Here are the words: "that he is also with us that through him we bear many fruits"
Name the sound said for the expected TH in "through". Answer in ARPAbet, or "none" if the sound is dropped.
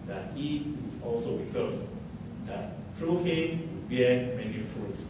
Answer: T